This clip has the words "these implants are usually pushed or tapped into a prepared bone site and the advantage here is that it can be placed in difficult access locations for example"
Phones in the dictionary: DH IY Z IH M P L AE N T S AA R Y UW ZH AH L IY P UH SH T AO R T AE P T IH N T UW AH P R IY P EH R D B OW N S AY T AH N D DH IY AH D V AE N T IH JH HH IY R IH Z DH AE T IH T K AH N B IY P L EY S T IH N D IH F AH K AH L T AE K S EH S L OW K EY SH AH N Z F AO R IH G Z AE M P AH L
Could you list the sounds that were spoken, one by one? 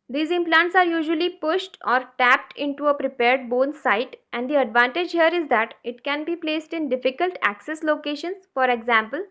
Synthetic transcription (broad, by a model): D IY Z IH M P L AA N T S AA R Y UW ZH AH L IY P UH SH T AO R T AE P T IH N T UW AH P R IY P EH R D B OW N S AY T AH N D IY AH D V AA N T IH JH HH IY R IH Z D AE T IH T K AH N B IY P L EY S T IH N D IH F AH K AH L T AE K S EH S L OW K EY SH AH N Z F AO R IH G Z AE M P AH L